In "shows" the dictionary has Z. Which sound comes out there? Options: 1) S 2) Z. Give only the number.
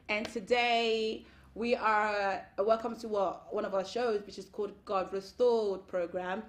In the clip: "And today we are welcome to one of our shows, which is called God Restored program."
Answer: 2